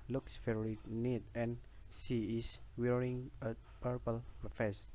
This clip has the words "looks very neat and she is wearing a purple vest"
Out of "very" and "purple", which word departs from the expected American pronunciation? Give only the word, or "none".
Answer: very